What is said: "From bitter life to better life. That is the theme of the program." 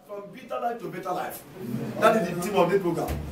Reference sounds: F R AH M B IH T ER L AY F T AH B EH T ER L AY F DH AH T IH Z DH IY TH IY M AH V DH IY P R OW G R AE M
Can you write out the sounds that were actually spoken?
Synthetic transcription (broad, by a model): F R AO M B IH T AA L AY F T AH B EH T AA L AY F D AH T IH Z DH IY T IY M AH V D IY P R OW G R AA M